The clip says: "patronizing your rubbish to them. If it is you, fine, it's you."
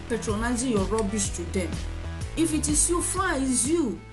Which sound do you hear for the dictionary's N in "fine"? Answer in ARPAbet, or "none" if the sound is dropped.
none